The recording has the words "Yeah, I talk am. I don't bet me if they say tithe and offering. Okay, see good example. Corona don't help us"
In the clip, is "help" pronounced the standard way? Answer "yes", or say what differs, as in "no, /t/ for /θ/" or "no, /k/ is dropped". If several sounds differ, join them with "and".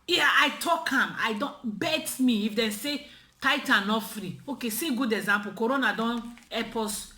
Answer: no, /l/ is dropped